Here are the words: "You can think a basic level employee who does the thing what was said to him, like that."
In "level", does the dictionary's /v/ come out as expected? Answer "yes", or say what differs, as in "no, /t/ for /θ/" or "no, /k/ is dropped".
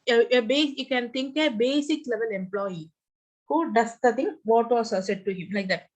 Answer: yes